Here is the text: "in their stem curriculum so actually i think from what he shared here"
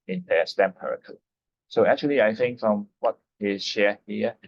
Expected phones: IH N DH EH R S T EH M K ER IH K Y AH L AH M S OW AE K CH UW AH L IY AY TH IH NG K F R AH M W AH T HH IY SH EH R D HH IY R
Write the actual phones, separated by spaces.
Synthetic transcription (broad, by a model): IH N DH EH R S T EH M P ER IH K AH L S OW AE K CH UW AH L IY AY TH IH NG K F R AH M W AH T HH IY SH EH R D HH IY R